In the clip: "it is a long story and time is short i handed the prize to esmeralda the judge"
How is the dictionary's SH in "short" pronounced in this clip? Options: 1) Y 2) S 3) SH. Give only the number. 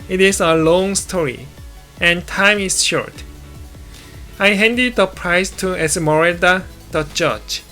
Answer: 3